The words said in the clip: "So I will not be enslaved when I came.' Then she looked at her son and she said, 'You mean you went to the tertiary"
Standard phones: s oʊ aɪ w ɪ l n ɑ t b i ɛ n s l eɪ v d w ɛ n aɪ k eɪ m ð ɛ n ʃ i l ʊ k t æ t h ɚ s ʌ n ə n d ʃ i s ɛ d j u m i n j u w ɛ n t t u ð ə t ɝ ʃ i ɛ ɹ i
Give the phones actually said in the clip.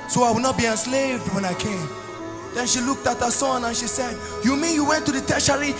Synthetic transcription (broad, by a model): s oʊ aɪ w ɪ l n ɑ t b i ɛ n s l eɪ v d w ɛ n aɪ k eɪ m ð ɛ n ʃ i l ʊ k t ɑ t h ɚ s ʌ n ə n ʃ i s ɛ d j u m i n j u w ɛ n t t u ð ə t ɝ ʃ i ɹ i